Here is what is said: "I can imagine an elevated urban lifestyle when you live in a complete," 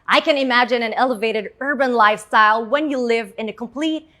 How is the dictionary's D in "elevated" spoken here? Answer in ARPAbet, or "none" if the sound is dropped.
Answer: D